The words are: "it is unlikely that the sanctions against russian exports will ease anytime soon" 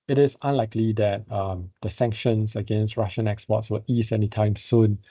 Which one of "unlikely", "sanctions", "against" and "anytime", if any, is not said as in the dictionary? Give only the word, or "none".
sanctions